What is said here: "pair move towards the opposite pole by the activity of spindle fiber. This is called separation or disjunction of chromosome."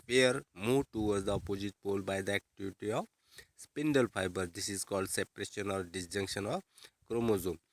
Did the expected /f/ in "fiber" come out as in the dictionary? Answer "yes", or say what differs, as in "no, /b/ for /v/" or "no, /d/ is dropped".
no, /p/ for /f/